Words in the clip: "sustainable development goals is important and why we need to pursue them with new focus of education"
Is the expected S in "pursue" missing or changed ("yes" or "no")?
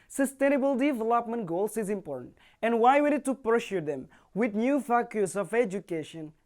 yes